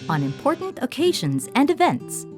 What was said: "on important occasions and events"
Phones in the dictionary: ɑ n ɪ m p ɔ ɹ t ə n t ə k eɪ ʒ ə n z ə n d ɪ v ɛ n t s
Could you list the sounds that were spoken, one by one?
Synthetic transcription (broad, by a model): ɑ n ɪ m p ɔ ɹ t n t ə k eɪ ʒ ə n z ə n d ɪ v ɛ n t s